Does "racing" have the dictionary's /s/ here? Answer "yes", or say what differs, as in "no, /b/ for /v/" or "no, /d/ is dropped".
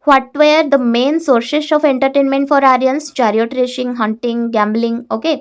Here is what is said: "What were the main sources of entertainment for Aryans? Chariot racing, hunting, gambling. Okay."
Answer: no, /ʃ/ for /s/